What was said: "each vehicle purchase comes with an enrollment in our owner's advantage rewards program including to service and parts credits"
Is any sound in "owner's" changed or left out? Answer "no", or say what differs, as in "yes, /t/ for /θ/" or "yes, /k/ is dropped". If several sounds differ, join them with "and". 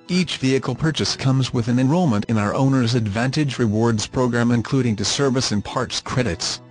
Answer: no